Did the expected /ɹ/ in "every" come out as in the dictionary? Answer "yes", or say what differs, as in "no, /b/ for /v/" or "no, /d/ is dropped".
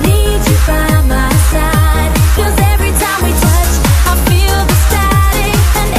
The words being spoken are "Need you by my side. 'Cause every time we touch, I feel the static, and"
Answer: yes